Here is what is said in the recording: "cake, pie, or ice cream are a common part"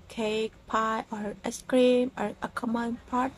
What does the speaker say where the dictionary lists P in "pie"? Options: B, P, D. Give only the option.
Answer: P